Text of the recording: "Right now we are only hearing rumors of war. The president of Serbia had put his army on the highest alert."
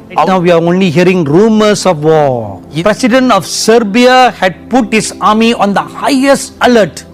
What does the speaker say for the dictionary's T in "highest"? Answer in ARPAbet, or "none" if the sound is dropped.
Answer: T